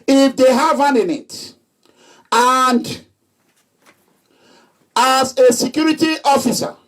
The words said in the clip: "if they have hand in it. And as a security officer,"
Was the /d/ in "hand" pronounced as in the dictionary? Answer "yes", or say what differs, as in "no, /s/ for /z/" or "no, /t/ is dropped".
no, /d/ is dropped